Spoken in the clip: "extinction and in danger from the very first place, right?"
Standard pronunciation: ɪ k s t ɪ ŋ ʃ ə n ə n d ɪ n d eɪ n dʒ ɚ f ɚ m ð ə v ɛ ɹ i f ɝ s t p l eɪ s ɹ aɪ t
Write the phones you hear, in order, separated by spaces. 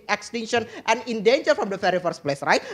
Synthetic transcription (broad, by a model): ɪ k s t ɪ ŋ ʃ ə n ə n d ɪ n d eɪ n dʒ ɚ f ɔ m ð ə f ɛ ɹ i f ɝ s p l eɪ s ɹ aɪ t